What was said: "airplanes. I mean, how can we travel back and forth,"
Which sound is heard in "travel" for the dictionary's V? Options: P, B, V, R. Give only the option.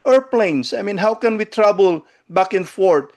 B